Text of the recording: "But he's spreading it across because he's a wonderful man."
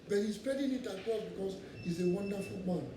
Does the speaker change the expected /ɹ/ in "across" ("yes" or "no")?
yes